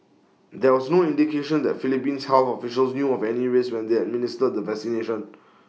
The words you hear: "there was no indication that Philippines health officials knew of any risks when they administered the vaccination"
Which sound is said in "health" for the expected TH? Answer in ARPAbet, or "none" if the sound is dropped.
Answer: F